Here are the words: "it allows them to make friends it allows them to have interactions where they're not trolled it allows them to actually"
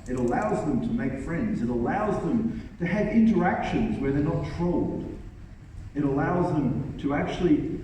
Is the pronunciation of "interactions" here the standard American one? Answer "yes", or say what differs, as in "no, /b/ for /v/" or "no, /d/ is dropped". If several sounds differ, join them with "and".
yes